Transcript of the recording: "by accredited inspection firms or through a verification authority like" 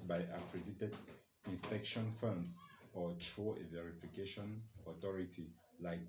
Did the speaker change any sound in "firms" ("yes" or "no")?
yes